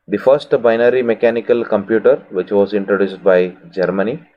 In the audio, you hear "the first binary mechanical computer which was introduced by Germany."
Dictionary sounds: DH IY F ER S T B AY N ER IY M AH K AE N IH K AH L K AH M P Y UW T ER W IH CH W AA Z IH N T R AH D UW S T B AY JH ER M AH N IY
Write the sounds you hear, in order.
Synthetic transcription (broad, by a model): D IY F ER S T B AY N ER IY M AH K AE N IH K AH L K AH M P Y UW T ER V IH CH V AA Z IH N T R AH D UW S T B AY JH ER M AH N IY